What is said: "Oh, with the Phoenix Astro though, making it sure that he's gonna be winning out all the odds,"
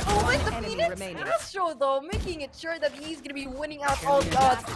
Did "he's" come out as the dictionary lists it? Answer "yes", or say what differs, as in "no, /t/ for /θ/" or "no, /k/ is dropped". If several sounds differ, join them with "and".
yes